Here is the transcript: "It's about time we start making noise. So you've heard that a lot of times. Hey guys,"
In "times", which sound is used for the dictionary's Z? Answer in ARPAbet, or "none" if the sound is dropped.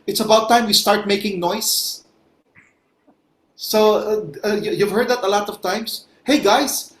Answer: S